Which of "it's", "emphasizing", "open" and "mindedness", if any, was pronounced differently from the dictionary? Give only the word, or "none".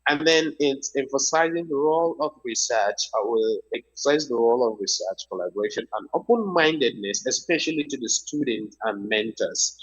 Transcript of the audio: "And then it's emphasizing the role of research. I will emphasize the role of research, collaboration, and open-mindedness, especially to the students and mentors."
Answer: none